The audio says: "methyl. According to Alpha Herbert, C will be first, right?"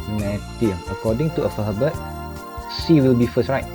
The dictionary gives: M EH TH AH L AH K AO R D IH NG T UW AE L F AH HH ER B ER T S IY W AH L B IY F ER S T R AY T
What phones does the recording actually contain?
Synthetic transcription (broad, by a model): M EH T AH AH K AO D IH NG T UW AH F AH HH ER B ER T S IY W AH L B IY F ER S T R AY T